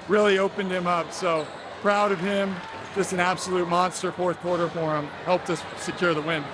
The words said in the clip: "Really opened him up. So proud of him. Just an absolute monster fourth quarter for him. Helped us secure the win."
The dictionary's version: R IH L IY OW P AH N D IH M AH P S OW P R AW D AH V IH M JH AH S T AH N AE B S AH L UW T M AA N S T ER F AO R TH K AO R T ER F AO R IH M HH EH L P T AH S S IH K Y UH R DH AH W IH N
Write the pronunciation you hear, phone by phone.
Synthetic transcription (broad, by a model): R IH L IY OW P AH N D IH M AH P S OW P R AW D AH V IH M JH AH S T AH N AE B S AH L UW T M AA N S T ER F AO R TH K AO R T ER F AO R IH M HH EH L P T AH S S IH K Y UH R DH AH W IH N